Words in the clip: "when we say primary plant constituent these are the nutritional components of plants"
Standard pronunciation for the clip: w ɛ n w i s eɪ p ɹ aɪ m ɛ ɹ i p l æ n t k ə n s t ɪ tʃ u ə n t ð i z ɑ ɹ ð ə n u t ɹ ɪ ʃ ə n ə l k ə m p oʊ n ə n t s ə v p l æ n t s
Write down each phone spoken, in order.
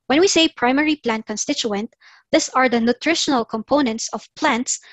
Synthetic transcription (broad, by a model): w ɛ n w i s eɪ p ɹ aɪ m ɛ ɹ i p l æ n t k ə n s t ɪ tʃ u ə n t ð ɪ s ɑ ɹ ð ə n u t ɹ ɪ ʃ ə n ə l k ə m p oʊ n ə n t s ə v p l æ n t s